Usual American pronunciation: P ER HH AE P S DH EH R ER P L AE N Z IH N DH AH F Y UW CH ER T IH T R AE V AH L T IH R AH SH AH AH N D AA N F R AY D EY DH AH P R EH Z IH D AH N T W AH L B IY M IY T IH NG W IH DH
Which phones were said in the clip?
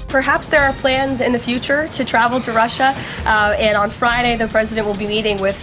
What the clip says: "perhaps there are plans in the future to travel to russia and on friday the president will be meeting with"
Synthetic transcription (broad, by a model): P ER HH AE P S DH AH R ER P L AE N Z IH N DH AH F Y UW CH ER T IH T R AE V L T IH R AH SH AH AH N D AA N F R AY D EY DH AH P R EH Z IH D AH N T W AH L B IY M IY T IH NG W IH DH